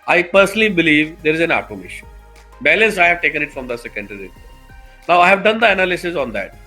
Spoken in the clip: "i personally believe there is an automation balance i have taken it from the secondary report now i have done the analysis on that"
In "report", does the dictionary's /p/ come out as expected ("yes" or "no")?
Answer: no